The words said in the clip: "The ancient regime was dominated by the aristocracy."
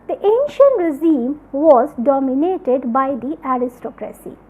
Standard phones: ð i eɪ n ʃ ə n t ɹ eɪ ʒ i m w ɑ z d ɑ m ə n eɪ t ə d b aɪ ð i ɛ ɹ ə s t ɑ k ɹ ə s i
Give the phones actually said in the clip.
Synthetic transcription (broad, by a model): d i eɪ n ʃ ə n t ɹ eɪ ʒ i m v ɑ z d ɑ m ə n eɪ t ə d b aɪ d i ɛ ɹ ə s t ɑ k ɹ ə s i